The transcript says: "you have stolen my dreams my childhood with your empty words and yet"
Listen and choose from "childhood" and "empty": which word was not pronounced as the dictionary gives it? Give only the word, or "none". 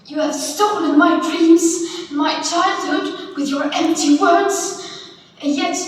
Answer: none